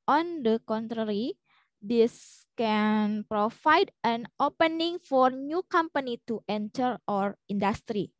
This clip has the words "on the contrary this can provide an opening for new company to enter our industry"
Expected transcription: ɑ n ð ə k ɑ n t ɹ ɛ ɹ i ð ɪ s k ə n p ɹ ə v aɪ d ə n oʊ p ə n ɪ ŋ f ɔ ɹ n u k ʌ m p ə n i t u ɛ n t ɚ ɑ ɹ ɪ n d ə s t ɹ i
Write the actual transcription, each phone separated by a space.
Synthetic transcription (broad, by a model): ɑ n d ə k ɑ n t ɹ ɛ ɹ i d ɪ s k ə n p ɹ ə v aɪ d ə n oʊ p ə n ɪ ŋ f ɔ ɹ n u k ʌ m p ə n i t u ɛ n t ɚ ɑ ɹ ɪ n d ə s t ɹ i